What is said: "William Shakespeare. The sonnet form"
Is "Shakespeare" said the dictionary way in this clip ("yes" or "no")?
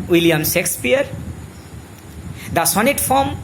no